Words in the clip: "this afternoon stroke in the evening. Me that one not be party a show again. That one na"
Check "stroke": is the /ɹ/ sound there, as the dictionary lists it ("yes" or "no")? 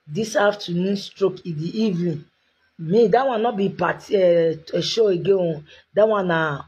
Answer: yes